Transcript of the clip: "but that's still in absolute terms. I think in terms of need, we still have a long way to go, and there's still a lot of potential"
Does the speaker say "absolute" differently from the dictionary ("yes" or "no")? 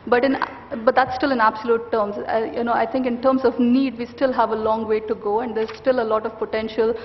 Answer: no